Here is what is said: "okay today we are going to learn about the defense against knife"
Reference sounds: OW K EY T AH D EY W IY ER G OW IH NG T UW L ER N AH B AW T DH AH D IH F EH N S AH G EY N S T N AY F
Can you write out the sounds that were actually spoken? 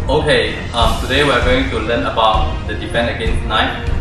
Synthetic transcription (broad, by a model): OW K EY T AH D EY W IY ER G OW IH NG T UW L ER N AH B AW T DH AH D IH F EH N AH G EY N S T N AY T